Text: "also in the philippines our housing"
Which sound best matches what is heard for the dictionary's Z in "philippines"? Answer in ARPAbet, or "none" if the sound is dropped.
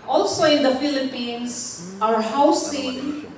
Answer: S